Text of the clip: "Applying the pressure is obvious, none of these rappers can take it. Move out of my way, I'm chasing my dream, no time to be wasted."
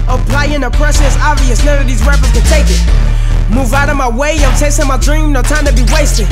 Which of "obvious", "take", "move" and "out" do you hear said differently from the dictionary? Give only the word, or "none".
none